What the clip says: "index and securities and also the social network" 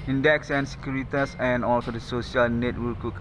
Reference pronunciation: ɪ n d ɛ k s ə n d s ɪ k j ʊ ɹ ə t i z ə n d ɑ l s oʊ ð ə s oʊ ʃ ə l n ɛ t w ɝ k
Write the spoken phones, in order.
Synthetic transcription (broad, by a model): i n d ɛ k s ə n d s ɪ k j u ɹ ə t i s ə n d ɑ l s oʊ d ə s oʊ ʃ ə l n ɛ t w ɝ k